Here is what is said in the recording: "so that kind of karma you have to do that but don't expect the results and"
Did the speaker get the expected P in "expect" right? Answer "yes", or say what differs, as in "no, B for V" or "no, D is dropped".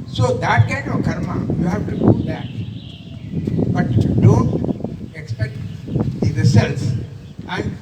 yes